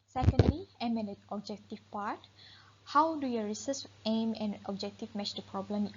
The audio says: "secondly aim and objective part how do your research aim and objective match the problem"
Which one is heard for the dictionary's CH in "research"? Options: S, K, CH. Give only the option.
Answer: S